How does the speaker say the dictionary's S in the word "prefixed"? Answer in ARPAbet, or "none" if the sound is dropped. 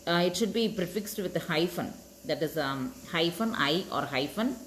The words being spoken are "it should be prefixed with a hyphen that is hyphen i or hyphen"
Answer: S